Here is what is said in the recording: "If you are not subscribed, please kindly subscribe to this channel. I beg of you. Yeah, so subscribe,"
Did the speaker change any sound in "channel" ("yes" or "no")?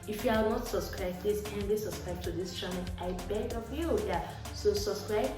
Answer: yes